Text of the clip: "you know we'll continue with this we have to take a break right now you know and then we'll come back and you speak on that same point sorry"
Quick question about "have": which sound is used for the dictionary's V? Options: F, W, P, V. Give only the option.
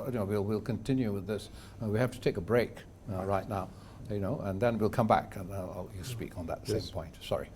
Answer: F